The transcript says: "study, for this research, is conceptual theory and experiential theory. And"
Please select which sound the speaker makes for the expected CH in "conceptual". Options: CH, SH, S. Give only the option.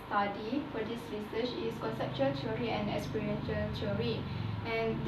CH